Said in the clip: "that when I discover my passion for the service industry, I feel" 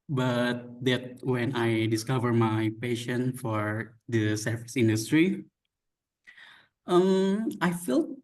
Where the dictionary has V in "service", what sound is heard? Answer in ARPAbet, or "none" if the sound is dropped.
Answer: F